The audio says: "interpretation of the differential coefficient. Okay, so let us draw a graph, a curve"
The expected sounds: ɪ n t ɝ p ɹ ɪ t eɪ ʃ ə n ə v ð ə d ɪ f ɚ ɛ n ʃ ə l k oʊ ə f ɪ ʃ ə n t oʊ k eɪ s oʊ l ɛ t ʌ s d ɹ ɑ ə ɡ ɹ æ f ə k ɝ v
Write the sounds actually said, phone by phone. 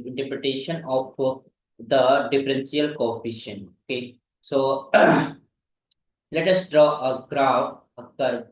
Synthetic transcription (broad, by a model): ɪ n t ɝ p ɹ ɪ t eɪ ʃ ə n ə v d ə d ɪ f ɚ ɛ n s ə l k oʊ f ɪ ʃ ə n oʊ k eɪ s oʊ l ɛ t ʌ s d ɹ ɑ ə ɡ ɹ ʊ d ə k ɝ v